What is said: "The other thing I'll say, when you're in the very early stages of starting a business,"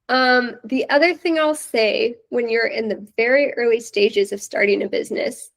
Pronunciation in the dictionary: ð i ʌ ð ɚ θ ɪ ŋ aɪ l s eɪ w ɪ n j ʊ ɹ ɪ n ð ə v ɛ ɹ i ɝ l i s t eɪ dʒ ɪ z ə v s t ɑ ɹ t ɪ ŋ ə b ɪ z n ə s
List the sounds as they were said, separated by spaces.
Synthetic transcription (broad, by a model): ð i ʌ ð ɚ θ ɪ ŋ aɪ l s eɪ w ɪ n j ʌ ɹ ɪ n ð ə v ɛ ɹ i ɝ l i s t eɪ dʒ ɪ z ə v s t ɑ ɹ t ɪ ŋ ə b ɪ z n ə s